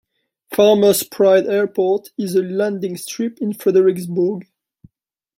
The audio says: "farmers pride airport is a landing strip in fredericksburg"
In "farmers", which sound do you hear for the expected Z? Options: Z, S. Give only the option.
S